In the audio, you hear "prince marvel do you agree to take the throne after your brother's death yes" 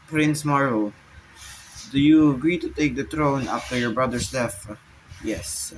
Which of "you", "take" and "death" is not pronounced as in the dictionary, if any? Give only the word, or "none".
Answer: death